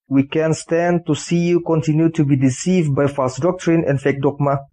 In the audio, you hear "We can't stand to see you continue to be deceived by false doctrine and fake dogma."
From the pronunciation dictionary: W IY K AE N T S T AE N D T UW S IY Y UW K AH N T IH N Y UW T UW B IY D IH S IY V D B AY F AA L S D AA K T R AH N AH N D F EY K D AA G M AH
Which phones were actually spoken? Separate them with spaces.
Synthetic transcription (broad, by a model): W IY K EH N S T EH N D T UW S IY Y UW K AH N T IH N Y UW T UW B IY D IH S IY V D B AY F AA S D AA K T R AH N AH N F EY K D AA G M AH